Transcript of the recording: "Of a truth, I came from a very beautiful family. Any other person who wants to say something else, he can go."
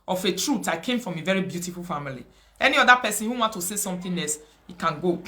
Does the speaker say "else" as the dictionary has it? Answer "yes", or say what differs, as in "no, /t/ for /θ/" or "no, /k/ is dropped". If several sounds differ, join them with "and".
no, /l/ is dropped